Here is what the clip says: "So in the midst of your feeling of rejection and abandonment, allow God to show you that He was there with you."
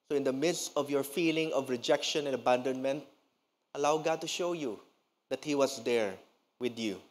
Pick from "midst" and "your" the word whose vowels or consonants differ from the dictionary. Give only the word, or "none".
none